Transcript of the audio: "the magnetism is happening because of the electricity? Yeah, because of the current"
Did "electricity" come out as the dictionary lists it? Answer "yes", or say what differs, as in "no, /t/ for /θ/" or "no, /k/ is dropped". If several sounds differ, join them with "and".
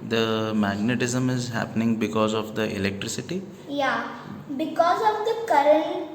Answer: yes